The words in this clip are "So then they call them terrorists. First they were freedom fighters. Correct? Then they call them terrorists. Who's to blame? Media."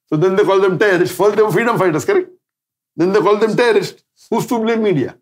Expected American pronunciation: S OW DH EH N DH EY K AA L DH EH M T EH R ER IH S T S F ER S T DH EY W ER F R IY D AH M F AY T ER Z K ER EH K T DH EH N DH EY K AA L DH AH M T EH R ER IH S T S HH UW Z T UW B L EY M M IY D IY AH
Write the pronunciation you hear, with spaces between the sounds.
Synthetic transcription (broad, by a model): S OW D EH N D EY K AA L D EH M T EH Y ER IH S T F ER T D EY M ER F R IY D AH M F AY T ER S K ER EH K T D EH N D EY K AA L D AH M T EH ER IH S T HH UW S T UW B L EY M M IY D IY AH